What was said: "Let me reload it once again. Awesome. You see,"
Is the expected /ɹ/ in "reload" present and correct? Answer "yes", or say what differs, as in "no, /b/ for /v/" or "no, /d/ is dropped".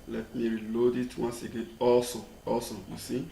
yes